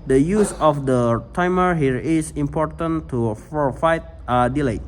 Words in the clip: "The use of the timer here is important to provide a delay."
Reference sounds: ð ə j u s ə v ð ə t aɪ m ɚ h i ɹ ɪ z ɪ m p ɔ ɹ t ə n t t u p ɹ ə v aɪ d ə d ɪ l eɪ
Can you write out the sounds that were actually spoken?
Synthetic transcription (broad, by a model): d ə j u s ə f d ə t aɪ m ɚ h i ɹ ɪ s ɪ m p ɔ ɹ t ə n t t u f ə f aɪ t ə d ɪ l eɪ